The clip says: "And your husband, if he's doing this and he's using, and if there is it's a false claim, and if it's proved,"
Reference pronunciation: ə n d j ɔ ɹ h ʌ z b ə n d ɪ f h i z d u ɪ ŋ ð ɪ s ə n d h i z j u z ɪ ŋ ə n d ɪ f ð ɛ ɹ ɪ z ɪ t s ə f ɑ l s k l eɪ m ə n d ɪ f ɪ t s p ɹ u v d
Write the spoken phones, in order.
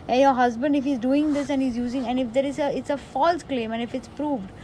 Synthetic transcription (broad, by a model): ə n j ɔ ɹ h ʌ z b ə n d ɪ f h i z d u ɪ ŋ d ɪ s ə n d h i z j u z ɪ ŋ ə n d ɪ f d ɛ ɹ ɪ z ɪ t s ə f ɑ l s k l eɪ m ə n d ɪ f ɪ t s p ɹ u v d